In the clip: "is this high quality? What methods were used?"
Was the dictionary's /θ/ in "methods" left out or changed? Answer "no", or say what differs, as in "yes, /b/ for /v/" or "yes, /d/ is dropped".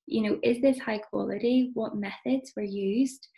no